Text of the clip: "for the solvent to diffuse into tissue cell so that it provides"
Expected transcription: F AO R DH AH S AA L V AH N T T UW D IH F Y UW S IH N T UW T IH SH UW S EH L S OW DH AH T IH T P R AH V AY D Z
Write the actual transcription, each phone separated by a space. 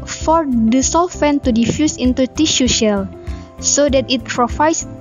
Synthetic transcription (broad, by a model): F AO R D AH S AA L F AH N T T UW D IH F Y UW S IH N T UW T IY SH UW SH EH L S OW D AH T IH T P R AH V AY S